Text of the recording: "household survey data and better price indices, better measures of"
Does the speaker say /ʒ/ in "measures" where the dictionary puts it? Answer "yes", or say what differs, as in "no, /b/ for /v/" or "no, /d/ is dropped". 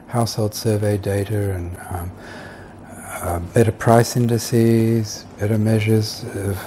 yes